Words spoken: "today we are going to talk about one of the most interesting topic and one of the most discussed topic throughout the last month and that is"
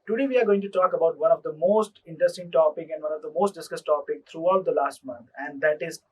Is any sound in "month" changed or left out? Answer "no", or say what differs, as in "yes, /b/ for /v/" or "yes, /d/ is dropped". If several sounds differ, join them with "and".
yes, /t/ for /θ/